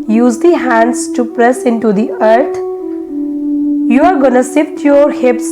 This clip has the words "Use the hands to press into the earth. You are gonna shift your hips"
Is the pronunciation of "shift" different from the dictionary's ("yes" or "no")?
yes